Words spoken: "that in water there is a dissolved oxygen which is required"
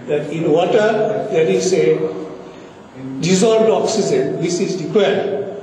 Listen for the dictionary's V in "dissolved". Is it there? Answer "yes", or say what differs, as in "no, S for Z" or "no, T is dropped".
no, V is dropped